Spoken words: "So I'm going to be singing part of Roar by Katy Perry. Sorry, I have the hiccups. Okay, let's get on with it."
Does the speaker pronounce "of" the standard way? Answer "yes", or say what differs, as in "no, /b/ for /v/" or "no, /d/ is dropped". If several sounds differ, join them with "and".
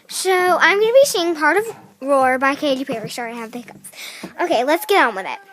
yes